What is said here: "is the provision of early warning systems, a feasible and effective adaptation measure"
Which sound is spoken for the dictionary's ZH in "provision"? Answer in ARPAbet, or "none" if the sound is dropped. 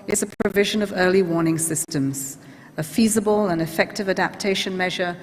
ZH